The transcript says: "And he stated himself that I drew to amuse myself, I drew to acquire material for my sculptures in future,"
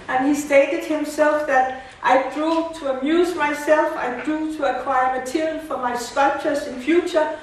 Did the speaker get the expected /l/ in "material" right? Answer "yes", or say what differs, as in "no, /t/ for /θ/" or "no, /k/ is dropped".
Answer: no, /n/ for /l/